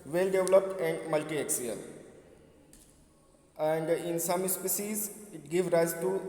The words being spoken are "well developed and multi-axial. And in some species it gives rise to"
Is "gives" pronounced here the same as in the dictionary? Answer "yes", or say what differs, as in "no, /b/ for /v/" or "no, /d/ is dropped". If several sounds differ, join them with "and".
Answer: no, /z/ is dropped